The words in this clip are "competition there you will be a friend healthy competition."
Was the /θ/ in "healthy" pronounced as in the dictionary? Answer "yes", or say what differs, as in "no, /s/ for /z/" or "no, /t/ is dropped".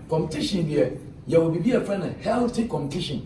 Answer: no, /t/ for /θ/